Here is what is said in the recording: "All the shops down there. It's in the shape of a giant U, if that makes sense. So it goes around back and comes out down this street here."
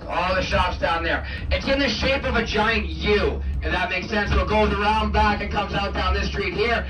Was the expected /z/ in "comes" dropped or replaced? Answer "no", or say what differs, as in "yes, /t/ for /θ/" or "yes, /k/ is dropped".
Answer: no